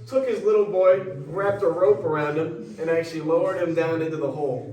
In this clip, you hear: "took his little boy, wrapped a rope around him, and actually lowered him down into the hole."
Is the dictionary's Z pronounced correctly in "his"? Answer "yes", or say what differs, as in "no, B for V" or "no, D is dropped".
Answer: yes